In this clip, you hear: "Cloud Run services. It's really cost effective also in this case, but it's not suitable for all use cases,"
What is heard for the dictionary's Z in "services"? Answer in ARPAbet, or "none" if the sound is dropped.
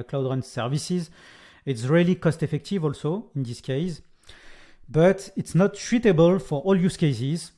Z